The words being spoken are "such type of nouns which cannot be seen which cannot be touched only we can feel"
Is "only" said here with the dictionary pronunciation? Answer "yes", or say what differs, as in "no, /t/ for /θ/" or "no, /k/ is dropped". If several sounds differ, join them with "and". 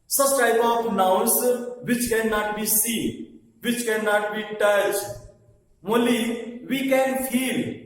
no, /n/ is dropped